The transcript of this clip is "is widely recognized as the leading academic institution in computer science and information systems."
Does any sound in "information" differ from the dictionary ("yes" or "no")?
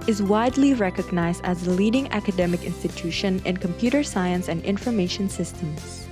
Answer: no